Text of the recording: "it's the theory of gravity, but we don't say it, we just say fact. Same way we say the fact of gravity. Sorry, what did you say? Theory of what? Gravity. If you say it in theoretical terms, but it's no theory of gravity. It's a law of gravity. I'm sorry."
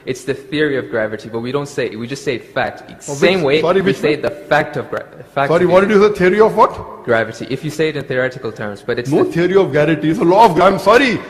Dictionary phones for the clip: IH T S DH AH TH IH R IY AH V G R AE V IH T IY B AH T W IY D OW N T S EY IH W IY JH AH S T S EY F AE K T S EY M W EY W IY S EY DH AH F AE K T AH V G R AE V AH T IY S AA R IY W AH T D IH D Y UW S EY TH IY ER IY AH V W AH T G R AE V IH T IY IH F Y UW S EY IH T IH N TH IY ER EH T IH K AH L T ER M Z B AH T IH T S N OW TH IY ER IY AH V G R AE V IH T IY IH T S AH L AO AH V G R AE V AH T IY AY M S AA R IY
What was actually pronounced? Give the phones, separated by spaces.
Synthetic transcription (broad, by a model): IH T S DH AH TH IH R IY AH V G R AE V IH T IY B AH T W IY D OW N T S EY IH W IY JH AH S T S EY F AE K T S EY M W EY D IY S EY DH AH F AE K T AH V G R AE F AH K S AA R IY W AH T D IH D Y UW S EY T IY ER IY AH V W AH T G R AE V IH T IY IH F Y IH S EY IH T IH N TH IY ER EH T IH K AH L T ER M Z B AH T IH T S N OW T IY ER IY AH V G AE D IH T IY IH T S AH L AO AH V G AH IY M S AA R IY